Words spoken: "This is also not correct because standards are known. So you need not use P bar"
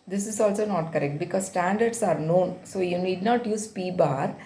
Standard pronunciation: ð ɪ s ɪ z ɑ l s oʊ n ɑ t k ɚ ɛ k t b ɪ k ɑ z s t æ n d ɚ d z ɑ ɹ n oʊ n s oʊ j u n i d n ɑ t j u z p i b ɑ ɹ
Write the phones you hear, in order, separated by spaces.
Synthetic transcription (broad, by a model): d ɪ s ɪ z ɑ l s oʊ n ɑ t k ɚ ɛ k t b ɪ k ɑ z s t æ n d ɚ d s ɑ ɹ n oʊ n s oʊ j u n i d n ɑ t j u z p i b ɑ ɹ